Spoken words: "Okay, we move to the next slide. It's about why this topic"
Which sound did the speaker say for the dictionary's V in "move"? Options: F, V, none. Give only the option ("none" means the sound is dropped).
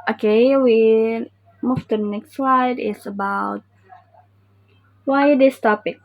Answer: F